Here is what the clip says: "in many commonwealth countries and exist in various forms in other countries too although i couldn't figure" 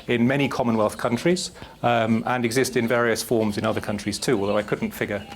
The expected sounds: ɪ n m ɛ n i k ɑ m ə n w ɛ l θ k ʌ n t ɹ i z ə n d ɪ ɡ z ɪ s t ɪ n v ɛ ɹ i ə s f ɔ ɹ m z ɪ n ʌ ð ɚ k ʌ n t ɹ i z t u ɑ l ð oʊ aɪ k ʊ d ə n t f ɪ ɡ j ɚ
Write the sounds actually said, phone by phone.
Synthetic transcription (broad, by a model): ɪ n m ɛ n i k ɑ m ə n w ɛ l θ k ʌ n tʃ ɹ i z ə n ɪ ɡ z ɪ s t ɪ n v ɛ ɹ i ə s f ɔ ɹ m z ɪ n ʌ ð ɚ k ʌ n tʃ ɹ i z t u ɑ l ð oʊ aɪ k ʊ d n t f ɪ ɡ j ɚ